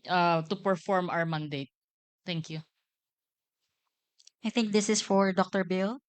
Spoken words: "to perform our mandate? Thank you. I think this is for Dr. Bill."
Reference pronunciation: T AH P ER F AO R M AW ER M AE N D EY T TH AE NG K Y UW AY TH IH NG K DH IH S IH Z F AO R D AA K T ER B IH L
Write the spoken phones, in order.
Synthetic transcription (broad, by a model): T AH P ER F AO R M AW ER M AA N D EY T T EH NG K Y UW AY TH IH NG K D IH S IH S F AO R D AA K T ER B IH L